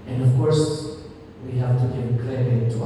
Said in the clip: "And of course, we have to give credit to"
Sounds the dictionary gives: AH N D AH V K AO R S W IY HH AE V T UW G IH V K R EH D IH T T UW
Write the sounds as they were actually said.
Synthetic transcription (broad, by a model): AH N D AH V K AO R S W IY HH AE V T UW G IH V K L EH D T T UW